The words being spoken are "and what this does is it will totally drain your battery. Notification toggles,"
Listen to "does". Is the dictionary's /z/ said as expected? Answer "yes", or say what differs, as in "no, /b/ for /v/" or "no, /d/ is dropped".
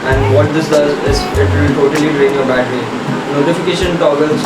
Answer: yes